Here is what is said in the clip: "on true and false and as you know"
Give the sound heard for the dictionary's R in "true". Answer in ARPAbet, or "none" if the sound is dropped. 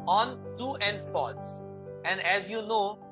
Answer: none